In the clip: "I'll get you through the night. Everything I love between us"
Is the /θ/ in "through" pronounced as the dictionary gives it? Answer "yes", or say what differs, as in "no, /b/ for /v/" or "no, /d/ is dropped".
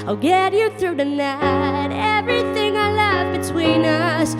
yes